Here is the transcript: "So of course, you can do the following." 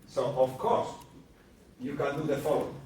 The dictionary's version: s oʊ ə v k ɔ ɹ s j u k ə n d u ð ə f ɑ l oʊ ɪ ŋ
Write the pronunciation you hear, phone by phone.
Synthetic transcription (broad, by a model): s oʊ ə f k ɔ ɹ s j u k ə n d u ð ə f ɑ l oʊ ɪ